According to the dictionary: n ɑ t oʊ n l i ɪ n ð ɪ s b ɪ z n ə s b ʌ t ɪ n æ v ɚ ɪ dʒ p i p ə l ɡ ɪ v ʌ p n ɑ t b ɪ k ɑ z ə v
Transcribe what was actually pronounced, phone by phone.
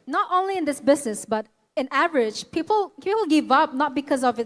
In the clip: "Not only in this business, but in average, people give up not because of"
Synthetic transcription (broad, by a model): n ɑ t oʊ n l i ɪ n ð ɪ s b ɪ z n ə s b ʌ t ɪ n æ v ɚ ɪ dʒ p i p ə l ɡ ɪ v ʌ p n ɑ t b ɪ k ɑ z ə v